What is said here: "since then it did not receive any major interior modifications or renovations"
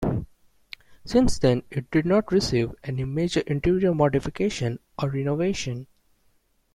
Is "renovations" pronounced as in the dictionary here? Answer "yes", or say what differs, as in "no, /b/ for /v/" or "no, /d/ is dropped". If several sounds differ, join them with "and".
no, /z/ is dropped